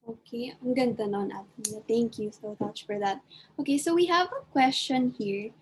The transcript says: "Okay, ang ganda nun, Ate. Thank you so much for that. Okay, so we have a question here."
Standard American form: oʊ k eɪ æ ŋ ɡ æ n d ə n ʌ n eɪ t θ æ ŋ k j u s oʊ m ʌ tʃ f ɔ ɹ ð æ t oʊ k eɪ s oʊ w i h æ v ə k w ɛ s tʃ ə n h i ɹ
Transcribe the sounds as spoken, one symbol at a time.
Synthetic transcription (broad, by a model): oʊ k eɪ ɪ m ɡ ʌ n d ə n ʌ n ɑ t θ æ ŋ k j u s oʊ m ʌ tʃ f ɔ ɹ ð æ t oʊ k eɪ s oʊ w i h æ v ə k w ɛ s tʃ ə n h i ɹ